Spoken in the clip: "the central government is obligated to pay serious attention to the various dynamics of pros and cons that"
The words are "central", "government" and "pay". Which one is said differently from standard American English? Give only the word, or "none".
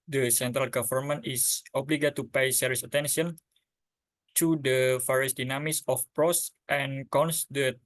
government